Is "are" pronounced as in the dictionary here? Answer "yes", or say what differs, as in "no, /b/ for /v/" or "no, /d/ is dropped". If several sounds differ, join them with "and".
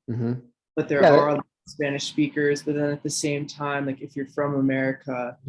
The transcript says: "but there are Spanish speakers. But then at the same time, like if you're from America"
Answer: no, /l/ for /ɹ/